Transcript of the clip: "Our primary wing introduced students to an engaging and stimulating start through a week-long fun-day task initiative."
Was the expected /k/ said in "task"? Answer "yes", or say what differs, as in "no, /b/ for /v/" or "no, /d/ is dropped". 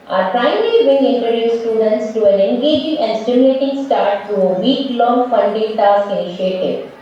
no, /k/ is dropped